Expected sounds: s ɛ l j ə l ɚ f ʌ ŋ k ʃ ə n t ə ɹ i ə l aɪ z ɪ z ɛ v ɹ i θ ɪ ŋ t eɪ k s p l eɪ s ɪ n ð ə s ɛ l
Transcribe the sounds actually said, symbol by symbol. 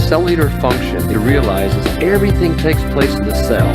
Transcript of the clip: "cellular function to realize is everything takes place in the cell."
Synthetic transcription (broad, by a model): s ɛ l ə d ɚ f ʌ ŋ k ʃ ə n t ɹ i ə l aɪ z ɪ z ɛ v ɹ i θ ɪ ŋ t eɪ k s p l eɪ s n ð ə s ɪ l